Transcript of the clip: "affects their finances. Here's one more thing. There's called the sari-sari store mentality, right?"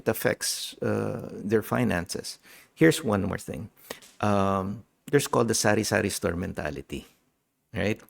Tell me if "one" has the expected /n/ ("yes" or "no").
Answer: yes